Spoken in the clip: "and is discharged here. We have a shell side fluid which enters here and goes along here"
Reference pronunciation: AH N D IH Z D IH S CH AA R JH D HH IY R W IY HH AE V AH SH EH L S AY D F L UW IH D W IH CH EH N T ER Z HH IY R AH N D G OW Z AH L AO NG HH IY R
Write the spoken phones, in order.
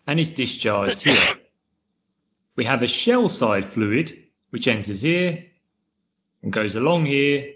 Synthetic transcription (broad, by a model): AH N IH Z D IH S CH AA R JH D HH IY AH W IY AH V AH SH EH L S AY D F L UW IH D W IH CH EH N T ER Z HH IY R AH N G OW Z AH L AO NG HH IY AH